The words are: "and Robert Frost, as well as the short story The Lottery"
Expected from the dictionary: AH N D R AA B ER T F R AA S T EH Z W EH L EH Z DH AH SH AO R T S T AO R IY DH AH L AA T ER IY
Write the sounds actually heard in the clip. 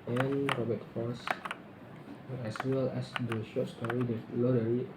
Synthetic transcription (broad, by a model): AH N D R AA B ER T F AA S EH S W EH L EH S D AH SH AO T S T AO R IY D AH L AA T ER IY